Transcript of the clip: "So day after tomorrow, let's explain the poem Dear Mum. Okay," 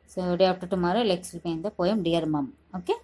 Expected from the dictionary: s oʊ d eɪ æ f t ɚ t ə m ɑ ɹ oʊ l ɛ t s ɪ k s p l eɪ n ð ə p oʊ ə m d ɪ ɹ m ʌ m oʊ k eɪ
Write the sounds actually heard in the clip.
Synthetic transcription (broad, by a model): s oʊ d eɪ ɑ p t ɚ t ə m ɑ ɹ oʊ l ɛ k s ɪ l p eɪ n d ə p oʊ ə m d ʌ ɹ m ʌ m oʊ k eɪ